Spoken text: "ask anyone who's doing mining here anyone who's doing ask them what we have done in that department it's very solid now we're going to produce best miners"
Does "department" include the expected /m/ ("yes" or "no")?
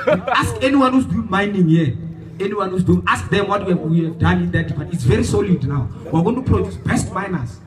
no